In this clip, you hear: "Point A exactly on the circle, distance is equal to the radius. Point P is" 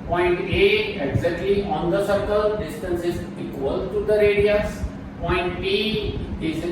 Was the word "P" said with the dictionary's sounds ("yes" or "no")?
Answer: no